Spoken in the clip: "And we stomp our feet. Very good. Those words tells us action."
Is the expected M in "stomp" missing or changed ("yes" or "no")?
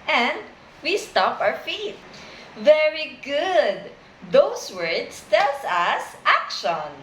yes